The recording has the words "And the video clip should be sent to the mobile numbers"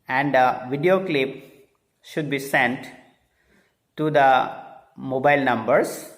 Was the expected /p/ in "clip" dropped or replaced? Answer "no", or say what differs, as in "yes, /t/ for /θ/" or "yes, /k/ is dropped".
no